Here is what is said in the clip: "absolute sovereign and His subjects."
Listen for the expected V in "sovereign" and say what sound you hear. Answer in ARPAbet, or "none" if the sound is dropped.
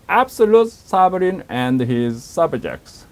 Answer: B